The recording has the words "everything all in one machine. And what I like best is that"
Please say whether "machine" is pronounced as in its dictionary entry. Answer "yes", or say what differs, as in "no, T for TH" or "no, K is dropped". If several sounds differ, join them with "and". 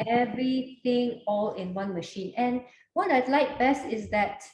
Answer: yes